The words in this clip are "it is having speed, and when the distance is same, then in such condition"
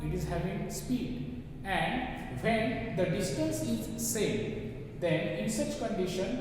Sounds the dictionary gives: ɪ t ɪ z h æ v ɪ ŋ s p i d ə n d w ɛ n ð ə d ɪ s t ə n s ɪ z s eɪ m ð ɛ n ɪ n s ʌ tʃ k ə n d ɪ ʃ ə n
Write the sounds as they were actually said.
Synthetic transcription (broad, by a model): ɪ t ɪ z h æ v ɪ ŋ s p i d ə n d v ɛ n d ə d ɪ s t ə n s ɪ z s eɪ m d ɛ n ɪ n s ʌ tʃ k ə n d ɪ ʃ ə n